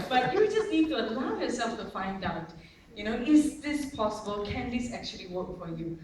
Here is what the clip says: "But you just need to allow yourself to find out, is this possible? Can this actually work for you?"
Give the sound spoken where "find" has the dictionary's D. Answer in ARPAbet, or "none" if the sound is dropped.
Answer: D